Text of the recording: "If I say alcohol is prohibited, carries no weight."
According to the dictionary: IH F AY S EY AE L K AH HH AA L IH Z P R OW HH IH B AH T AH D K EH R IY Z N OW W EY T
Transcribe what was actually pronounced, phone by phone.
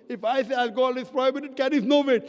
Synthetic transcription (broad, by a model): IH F AY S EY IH L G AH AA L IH S P R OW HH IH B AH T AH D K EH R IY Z N OW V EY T